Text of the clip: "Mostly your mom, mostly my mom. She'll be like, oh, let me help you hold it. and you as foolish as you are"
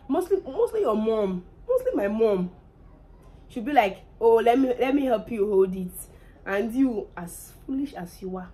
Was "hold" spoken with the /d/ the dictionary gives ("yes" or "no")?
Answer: yes